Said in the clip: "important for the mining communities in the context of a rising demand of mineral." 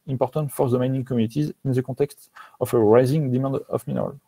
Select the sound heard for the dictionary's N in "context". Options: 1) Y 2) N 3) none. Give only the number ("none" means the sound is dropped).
3